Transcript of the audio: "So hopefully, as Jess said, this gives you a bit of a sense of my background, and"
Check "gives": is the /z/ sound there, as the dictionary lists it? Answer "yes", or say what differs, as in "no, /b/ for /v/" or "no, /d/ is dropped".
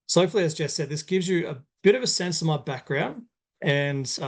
yes